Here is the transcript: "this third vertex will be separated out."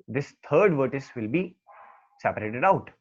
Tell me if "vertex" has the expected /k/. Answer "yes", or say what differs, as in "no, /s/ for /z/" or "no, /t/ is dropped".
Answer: no, /k/ is dropped